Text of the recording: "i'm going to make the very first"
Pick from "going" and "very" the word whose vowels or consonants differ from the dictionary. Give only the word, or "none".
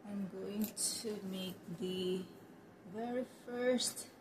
none